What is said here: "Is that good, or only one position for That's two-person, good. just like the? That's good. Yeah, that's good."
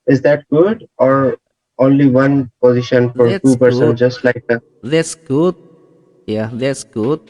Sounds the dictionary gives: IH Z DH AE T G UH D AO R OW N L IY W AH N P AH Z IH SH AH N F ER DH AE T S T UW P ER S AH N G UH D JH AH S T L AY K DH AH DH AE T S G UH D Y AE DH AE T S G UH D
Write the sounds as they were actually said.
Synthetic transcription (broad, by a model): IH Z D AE T G UH D AO R OW N L IY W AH N P AH Z IH SH AH N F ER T T UW P ER S AH N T JH AH S T L AY K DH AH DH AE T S G UH D Y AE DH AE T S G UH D